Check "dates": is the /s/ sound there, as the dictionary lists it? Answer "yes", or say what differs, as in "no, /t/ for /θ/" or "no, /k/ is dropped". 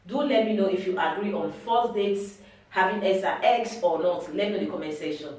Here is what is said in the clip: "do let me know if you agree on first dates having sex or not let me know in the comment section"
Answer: yes